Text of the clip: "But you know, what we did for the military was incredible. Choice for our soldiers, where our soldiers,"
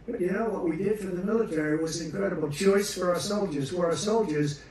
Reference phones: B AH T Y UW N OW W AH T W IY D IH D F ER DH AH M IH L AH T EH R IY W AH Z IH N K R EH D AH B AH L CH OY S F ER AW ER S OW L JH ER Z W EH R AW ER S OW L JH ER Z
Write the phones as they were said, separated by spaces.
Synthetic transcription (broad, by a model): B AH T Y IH N OW W AH T W IY D IH D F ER DH AH M IH L AH T EH R IY W AH Z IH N K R EH D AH B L CH OY S F ER AW ER S OW L JH ER Z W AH R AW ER S OW L JH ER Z